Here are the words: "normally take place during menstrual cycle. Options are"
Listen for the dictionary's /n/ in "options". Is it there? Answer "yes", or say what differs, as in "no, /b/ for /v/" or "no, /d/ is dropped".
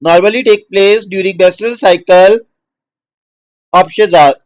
no, /n/ is dropped